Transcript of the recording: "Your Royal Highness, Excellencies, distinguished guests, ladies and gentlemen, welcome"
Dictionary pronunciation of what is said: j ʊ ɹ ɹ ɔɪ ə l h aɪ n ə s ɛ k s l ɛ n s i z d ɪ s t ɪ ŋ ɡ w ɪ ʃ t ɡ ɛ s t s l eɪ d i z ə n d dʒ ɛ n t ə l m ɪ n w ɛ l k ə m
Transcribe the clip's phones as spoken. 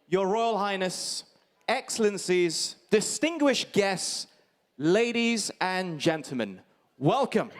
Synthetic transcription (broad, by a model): j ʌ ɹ ɹ ɔɪ ə l h aɪ n ə s ɛ k s l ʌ n s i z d ɪ s t ɪ ŋ ɡ w ɪ ʃ ɡ ɛ s t s l eɪ d i z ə n dʒ ɛ n t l m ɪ n w ɛ l k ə m